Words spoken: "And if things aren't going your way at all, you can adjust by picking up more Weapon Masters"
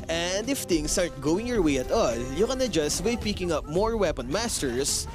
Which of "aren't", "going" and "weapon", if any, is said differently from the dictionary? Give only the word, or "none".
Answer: aren't